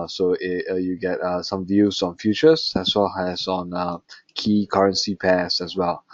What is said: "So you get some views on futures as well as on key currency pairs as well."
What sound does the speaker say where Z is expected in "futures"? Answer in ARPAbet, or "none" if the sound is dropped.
S